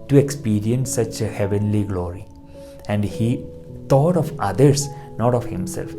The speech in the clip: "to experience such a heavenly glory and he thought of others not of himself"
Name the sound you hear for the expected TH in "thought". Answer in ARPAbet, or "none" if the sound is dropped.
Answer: T